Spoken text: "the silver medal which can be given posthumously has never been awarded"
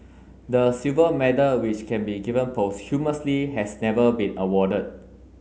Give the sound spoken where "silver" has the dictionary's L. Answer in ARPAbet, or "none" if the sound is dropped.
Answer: none